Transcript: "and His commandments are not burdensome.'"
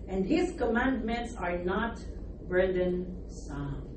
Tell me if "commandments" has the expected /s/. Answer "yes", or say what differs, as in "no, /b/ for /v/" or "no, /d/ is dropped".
yes